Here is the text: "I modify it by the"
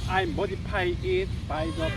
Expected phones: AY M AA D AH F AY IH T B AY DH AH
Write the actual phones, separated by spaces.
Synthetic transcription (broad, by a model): AY M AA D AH P AY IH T B AY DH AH